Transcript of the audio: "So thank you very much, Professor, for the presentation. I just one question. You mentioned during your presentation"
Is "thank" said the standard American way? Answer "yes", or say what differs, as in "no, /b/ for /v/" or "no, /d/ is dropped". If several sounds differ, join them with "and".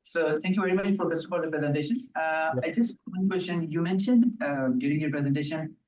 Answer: no, /t/ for /θ/